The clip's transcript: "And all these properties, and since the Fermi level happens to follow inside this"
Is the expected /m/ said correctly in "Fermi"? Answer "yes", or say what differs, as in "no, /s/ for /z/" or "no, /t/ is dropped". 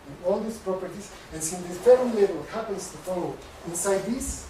no, /m/ is dropped